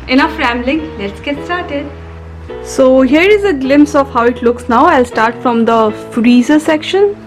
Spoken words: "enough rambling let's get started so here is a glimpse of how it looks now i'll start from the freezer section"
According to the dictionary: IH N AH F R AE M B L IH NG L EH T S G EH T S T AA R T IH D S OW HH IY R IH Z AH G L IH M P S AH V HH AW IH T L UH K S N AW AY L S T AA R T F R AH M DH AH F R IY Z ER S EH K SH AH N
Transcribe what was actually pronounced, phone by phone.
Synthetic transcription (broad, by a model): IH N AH F R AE M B L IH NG L EH T S G EH T S T AA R T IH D S OW HH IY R IH Z AH G L IH M P S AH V HH AW IH T L UH K S N AW AY L S T AA R T F R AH M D AH F R IY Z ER S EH K SH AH N